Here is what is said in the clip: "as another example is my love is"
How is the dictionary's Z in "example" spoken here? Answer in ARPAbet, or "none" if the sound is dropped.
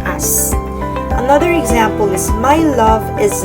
Z